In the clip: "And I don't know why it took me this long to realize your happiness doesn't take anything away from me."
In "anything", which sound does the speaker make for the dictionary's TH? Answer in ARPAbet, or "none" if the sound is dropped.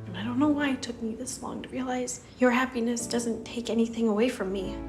TH